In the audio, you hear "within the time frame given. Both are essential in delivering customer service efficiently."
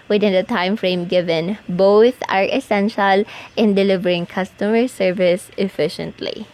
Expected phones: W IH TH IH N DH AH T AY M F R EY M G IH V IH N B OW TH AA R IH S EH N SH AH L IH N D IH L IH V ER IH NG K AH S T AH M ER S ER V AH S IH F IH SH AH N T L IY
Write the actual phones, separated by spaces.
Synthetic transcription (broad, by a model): W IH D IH N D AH T AY M F R EY M G IH V IH N B OW TH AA R IH S EH N SH AH L IH N D IH L IH V ER IH NG K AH S T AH M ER S ER V AH S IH F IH SH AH N T L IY